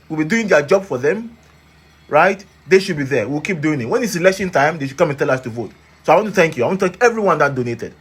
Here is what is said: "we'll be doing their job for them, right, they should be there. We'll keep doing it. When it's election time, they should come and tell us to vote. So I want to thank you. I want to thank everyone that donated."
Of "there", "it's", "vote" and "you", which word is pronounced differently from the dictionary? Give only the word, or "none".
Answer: there